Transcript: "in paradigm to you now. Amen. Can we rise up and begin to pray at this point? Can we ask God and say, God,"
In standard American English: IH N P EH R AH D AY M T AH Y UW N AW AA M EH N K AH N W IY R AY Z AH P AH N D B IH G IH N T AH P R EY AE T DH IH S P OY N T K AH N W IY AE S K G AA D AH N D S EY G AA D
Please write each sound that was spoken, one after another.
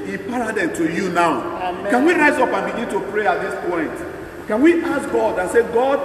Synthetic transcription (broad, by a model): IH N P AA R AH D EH T AH Y UW N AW AA UH K AH N W IY R AY Z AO P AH N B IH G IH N T AH P R EY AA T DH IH S P OY N T K AH N W IY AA S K G AA D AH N S EY G AA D